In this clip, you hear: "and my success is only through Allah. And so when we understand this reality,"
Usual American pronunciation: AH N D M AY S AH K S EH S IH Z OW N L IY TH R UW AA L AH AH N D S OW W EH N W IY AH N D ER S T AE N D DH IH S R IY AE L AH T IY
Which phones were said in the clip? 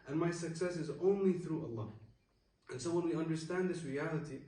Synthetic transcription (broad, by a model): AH N M AY S AH K S EH S IH Z OW N L IY TH R UW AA L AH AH N S OW W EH N W IY AH N D ER S T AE N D DH IH S R IY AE L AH T IY